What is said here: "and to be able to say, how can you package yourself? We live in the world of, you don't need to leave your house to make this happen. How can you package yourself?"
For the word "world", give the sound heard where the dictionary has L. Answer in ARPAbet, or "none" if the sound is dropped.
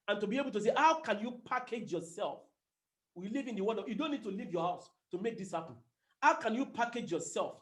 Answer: none